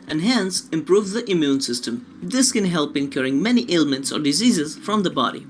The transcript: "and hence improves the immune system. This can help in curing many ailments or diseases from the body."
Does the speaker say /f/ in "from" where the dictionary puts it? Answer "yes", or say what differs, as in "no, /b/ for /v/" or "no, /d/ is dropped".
yes